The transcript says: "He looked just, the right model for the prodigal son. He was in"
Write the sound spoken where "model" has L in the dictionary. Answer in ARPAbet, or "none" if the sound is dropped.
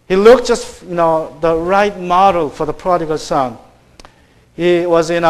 L